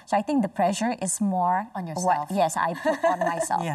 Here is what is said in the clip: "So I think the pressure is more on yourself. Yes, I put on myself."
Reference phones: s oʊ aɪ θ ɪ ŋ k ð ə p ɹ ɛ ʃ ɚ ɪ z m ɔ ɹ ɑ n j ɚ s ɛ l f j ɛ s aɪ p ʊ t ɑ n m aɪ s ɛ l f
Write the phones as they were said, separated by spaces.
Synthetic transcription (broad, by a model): s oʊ aɪ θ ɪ ŋ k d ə p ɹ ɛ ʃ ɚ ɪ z m ɔ ɹ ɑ n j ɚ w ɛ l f j ɛ s aɪ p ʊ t ɑ n m aɪ s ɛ l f